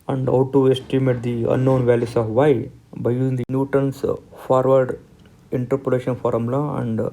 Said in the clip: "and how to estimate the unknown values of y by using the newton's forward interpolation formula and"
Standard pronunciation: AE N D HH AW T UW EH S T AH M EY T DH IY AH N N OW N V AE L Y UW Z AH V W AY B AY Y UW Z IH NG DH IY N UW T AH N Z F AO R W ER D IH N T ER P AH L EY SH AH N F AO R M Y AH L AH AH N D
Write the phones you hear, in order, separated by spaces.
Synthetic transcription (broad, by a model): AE N D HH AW T UW EH S T AH M EY T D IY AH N N OW N V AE L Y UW S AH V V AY B AY Y UW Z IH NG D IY N UW T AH N S F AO R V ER D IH N T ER P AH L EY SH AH N F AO R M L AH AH N D